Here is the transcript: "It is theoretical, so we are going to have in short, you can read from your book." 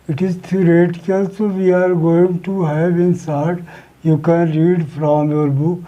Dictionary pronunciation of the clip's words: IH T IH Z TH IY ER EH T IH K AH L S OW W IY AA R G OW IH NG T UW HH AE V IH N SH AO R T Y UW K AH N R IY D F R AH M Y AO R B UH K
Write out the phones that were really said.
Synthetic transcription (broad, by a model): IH T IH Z T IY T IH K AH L S OW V IY AA R G OW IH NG T UW HH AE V IH N S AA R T Y UW K AH N R IY D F R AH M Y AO R B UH K